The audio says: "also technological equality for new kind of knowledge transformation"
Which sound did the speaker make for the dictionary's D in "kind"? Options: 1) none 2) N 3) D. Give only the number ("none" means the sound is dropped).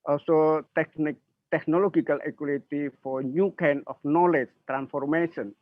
1